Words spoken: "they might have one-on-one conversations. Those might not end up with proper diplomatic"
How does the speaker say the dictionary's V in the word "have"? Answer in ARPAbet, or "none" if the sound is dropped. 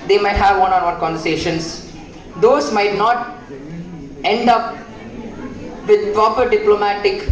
V